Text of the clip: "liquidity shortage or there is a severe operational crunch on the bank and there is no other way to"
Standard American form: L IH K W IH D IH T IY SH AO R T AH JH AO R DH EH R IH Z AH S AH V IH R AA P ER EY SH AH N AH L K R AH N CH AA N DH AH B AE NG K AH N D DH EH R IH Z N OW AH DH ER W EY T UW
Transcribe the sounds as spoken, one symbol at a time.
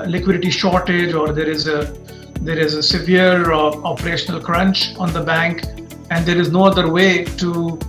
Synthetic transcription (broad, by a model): L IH K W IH D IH T IY SH AO R T AH JH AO R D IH R IH Z AH S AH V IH R AA P ER EY SH AH N AH L K R AH N CH AA N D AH B AE NG K AH N D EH R IH Z N OW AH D ER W EY T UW